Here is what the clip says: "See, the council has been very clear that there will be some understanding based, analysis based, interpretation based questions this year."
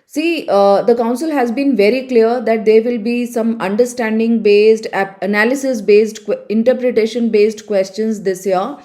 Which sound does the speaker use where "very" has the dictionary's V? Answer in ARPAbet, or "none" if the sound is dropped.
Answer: V